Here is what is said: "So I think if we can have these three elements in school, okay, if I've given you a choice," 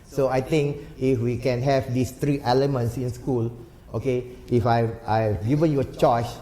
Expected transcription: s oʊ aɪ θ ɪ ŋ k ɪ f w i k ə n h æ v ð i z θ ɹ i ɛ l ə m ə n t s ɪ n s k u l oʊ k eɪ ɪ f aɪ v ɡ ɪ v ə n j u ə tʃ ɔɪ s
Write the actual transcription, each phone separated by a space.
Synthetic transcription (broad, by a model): s oʊ aɪ t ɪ ŋ k ɪ f w i k ə n h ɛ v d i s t ɹ i ɛ l ə m ə n t s ɪ n s k u l oʊ k eɪ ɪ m aɪ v ɡ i v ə n j u ə tʃ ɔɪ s